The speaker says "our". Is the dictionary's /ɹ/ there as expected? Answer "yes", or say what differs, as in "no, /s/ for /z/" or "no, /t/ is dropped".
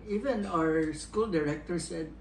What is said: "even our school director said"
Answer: yes